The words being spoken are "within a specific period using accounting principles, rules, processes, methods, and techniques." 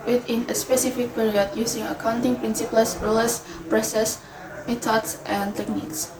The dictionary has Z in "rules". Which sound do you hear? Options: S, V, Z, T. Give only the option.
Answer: S